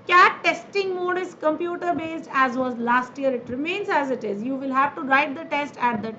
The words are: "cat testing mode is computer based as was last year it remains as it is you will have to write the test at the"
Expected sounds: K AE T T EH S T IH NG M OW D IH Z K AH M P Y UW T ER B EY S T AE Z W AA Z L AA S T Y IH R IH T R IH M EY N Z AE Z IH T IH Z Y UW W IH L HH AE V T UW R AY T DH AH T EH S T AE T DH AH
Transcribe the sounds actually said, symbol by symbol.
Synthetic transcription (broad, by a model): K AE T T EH S T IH NG M OW D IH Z K AH M P Y UW T ER B EY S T AE Z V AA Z L AA S T Y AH R IH T R IH M EY N Z AE Z IH T IH Z Y UW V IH L HH AE V T UW R AY T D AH T EH S T AE T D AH